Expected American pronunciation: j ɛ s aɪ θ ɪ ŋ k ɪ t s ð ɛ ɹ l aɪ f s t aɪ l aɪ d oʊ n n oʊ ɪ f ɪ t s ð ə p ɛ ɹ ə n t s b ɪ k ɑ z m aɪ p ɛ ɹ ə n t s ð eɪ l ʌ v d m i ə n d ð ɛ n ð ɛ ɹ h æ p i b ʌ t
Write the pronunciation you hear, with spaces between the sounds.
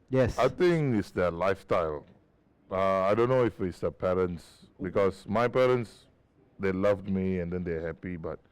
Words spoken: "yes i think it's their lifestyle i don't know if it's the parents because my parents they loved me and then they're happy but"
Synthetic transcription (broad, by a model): j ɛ s aɪ t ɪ ŋ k ɪ t s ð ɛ l aɪ f s t aɪ l aɪ d oʊ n n oʊ ɪ f ɪ t s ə p ɛ ɹ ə n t s b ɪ k ɑ s m aɪ p ɛ ɹ ə n t s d eɪ l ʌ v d m i ə n d ɛ n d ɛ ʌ h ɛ p i b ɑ t